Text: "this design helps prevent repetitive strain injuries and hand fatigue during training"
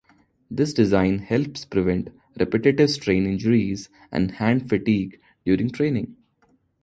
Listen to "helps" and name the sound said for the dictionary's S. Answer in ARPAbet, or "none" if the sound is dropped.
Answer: S